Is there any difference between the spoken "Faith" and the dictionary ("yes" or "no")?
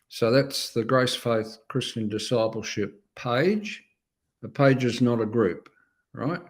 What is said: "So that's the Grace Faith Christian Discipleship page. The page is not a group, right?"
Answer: no